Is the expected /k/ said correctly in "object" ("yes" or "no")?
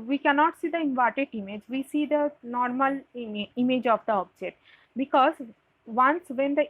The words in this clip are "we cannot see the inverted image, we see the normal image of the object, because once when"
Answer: no